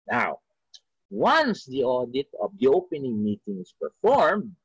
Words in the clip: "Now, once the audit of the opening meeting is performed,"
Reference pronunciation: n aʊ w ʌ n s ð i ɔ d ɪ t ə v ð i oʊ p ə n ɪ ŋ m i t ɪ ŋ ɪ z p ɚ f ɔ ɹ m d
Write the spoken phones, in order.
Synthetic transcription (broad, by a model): n aʊ w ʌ n s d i ɔ d ɪ t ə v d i oʊ p ə n ɪ ŋ m i t ɪ ŋ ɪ s p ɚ f ɔ ɹ m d